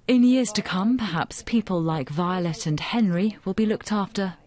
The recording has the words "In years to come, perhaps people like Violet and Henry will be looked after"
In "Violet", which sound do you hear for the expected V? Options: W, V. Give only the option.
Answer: V